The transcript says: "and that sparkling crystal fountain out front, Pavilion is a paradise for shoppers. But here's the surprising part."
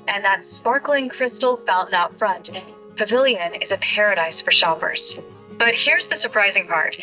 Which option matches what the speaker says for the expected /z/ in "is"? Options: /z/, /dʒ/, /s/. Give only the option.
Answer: /z/